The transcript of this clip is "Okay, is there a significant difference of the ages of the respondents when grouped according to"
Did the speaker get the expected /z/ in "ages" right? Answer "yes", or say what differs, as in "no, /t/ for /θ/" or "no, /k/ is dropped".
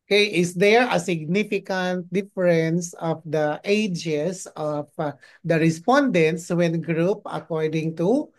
no, /s/ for /z/